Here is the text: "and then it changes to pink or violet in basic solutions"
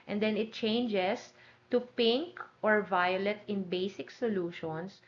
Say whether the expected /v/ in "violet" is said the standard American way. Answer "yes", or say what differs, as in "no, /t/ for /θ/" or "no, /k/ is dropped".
yes